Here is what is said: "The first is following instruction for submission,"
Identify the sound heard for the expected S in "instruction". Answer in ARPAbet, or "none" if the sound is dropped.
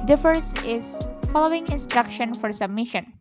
S